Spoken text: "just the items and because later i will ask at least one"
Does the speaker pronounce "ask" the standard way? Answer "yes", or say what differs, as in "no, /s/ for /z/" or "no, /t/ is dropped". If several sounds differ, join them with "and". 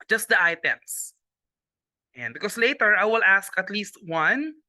yes